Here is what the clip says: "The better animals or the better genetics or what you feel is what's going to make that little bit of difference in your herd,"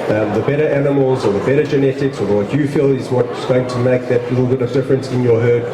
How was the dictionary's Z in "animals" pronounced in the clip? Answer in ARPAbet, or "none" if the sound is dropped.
Z